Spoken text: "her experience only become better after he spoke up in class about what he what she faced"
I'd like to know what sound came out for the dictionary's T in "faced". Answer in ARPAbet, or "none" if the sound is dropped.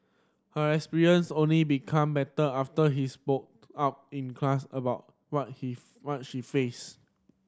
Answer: none